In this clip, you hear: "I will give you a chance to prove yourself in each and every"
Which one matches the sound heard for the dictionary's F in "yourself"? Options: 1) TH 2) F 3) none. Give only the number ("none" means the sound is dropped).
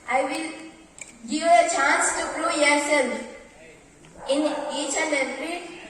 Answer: 3